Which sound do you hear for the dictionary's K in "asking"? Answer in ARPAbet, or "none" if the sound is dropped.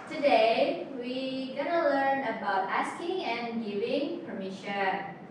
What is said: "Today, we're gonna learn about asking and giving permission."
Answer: K